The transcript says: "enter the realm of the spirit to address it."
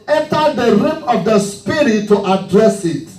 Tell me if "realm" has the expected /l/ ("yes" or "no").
no